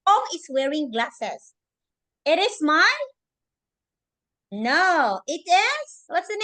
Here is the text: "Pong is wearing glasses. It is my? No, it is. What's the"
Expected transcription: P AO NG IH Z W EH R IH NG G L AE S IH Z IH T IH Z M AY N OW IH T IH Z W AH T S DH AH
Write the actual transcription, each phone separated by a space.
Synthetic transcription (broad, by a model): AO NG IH S W EH R IH NG G L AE S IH S IH T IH S M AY N OW IH T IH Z W AH T S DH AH